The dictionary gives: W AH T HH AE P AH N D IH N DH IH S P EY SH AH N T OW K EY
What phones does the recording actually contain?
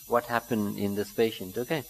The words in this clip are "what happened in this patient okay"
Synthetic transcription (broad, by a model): W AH T HH AE P AH N D IH N DH IH S P EY SH AH N T OW K EY